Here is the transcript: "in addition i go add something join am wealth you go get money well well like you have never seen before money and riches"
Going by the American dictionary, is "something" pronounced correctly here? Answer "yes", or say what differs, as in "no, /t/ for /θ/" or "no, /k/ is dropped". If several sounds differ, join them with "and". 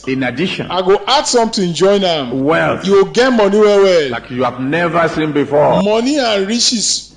no, /t/ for /θ/